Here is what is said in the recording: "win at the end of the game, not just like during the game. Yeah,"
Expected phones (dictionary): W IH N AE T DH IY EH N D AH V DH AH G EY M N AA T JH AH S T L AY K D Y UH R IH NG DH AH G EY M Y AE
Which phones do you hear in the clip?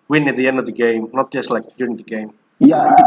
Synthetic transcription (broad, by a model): W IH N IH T DH IY EH N D AH V DH AH G EY M N AA T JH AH S T L AY K D Y UH R IH NG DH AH G EY M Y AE